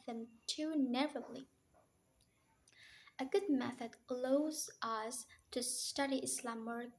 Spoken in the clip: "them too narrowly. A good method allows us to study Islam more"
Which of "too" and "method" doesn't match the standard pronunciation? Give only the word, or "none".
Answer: none